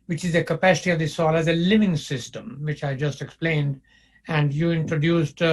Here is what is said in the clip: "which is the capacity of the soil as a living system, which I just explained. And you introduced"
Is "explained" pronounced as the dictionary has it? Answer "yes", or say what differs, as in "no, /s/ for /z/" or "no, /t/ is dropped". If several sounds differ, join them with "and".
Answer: yes